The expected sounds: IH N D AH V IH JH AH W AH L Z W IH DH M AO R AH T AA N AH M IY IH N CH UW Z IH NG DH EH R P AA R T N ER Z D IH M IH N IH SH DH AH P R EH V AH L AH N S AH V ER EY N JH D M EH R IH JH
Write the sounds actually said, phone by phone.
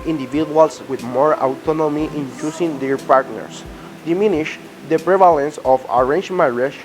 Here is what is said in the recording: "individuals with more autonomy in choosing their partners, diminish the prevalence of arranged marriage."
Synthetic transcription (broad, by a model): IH N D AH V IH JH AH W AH L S W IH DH M AO R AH T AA N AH M IY IH N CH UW S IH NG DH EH R P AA R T N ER S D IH M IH N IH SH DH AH P R EH V AH L AH N S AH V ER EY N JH M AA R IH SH